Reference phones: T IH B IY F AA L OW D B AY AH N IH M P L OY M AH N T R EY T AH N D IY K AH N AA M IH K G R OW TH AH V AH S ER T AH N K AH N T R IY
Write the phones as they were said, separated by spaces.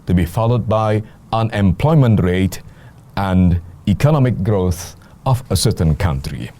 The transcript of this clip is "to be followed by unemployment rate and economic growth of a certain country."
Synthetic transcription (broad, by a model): T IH B IY F AA L OW D B AY AH N IH M P L OY M AH N T R EY T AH N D IY K AH N AA M IH K G R OW TH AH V AH S ER T AH N K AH N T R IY